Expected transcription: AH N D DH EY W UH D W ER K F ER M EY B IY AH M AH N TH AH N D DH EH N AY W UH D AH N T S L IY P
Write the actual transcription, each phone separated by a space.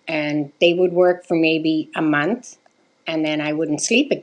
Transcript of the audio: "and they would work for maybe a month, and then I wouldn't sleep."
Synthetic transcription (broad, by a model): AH N DH EY W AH D W ER K F ER M EY B IY AH M AH N TH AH N DH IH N AY W UH D N T S L IY P